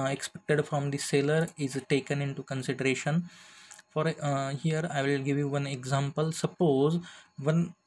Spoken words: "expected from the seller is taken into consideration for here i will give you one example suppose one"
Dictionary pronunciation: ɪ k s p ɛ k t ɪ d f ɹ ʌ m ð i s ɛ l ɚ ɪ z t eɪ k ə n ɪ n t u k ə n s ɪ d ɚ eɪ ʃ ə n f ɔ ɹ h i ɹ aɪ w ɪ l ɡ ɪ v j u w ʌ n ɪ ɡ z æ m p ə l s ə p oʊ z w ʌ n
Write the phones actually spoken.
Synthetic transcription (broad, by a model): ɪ k s p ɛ k t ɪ d f ɹ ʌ m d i s ɛ l ɚ ɪ z t eɪ k ə n ɪ n t u k ə n s ɪ d ɚ eɪ ʃ ə n f ɔ ɹ h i ɹ aɪ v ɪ l ɡ ɪ v j u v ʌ n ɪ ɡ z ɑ m p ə l s ə p oʊ z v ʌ n